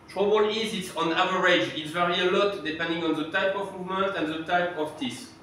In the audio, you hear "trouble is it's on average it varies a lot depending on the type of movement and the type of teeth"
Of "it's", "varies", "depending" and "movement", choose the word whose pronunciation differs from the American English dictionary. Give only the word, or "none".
varies